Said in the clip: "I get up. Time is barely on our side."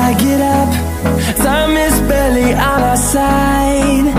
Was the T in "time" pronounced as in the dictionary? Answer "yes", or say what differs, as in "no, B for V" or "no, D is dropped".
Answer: no, S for T